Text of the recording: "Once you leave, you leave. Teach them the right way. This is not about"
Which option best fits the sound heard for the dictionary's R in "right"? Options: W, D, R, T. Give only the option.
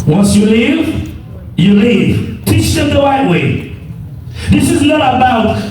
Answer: W